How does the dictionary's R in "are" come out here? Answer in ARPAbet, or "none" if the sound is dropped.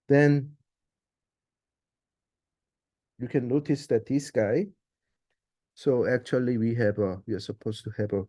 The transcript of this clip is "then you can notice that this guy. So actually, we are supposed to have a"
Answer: W